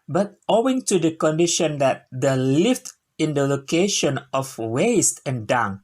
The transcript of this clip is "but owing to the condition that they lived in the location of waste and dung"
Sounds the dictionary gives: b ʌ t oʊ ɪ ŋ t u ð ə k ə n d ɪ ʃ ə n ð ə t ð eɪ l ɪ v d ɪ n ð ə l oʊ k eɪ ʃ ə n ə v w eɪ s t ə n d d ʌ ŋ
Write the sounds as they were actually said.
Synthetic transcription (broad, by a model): b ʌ t oʊ ɪ ŋ t u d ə k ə n d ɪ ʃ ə n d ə t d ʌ l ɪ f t ɪ n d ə l oʊ k eɪ ʃ ə n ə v w eɪ s t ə n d d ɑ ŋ